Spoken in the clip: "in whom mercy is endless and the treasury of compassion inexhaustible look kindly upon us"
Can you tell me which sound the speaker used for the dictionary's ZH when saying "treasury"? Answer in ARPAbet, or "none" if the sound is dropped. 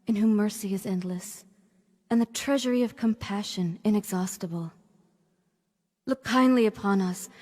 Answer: ZH